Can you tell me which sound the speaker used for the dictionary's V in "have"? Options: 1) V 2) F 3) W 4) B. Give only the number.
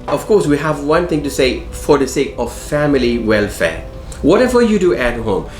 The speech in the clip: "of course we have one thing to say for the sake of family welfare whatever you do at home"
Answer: 1